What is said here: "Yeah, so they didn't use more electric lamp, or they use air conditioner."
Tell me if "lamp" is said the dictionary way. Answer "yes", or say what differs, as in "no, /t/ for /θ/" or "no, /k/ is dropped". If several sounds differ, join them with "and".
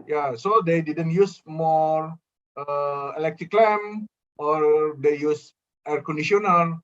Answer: no, /p/ is dropped